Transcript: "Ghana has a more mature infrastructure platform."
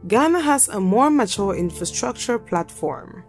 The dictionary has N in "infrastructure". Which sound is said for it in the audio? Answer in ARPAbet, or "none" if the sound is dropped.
N